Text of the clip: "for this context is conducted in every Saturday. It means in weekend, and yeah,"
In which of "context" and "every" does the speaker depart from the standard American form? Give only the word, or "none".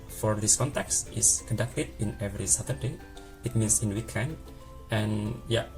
none